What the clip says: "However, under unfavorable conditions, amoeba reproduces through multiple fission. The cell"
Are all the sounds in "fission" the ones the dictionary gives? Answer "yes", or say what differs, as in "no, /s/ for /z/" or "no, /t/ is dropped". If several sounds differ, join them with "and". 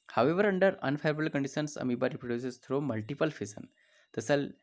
no, /s/ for /ʃ/